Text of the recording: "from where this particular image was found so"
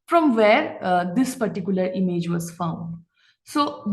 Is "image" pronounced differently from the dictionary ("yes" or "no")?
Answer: no